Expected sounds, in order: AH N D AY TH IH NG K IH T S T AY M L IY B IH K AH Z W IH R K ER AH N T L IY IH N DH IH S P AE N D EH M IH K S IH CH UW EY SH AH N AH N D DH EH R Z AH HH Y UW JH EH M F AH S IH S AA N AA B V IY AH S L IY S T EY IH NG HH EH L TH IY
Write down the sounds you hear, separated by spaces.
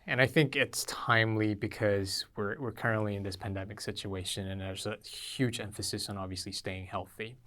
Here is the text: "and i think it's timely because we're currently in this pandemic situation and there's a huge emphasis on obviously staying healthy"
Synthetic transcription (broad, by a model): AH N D AY TH IH NG K IH T S T AY M L IY B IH K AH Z W IH R K ER AH N T L IY IH N DH IH S P AE N D EH M IH K S IH CH UW EY SH AH N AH N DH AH R Z AH HH Y UW JH EH M F AH S IH S N AA B V IY AH S L IY S T EY IH NG HH EH L TH IY